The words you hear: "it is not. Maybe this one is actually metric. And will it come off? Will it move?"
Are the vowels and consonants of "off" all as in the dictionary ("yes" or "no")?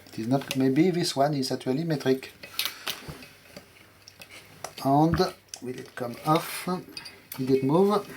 yes